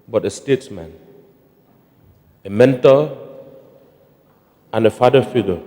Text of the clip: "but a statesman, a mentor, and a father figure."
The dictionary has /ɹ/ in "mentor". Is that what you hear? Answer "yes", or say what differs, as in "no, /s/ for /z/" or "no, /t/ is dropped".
no, /l/ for /ɹ/